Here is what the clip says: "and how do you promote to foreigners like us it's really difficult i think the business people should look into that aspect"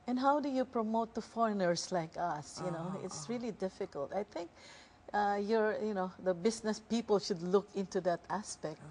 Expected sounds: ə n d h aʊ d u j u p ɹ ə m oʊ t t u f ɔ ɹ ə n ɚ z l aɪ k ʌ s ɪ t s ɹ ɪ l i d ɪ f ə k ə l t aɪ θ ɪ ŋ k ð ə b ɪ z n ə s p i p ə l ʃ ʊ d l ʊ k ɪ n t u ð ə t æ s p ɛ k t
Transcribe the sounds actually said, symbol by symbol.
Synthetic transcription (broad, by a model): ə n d h aʊ d u j u p ɹ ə m oʊ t t u f ɔ ɹ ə n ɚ s l aɪ k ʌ s ɪ t s ɹ ɪ l i d ɪ f ə k ə l t aɪ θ ɪ ŋ k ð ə b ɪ s n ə s p i p ə l ʃ ʊ d l ʊ k ɪ n t u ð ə t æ s p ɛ k t